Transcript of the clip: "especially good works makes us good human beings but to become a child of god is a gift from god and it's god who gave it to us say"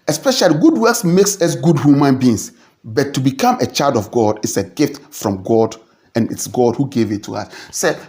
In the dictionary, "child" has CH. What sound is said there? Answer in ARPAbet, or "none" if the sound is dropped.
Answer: CH